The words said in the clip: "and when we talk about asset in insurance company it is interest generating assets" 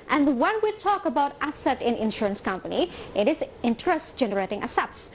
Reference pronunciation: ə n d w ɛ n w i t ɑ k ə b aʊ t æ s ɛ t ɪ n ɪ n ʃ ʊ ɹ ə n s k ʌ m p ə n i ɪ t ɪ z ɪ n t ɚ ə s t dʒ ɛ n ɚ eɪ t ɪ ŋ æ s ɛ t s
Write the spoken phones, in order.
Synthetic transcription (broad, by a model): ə n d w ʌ n w i t ɑ k ə b aʊ t æ s ɛ t ɪ n ɪ n ʃ ʊ ɹ ə n s k ʌ m p ə n i ɪ t ɪ z ɪ n t ɚ ə s t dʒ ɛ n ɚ eɪ t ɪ ŋ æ s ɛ t s